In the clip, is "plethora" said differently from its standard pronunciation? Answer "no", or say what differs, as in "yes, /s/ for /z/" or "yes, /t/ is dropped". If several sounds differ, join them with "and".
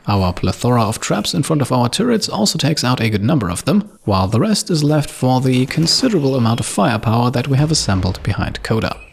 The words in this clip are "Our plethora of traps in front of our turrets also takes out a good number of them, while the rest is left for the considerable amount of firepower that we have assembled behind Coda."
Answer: no